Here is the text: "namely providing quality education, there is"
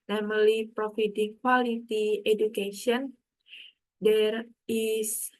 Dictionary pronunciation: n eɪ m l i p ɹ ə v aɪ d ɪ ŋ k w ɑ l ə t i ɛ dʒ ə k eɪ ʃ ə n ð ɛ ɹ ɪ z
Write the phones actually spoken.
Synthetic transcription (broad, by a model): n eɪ m l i p ɹ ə f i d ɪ k w ɑ l ə t i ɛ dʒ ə k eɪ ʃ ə n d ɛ ɹ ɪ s